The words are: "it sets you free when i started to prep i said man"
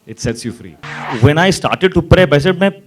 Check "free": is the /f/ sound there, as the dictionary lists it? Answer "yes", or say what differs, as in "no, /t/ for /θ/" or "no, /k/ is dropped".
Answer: yes